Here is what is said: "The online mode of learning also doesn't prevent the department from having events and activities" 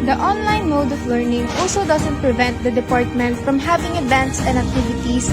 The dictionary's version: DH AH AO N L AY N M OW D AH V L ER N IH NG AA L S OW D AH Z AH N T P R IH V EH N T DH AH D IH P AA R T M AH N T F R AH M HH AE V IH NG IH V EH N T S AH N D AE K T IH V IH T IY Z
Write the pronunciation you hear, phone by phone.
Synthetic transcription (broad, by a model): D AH AO N L AY N M OW D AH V L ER N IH NG AA L S OW D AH S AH N T P R IH V EH N T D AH D IH P AA R T M AH N T F R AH M HH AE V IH NG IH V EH N T S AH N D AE K T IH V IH T IY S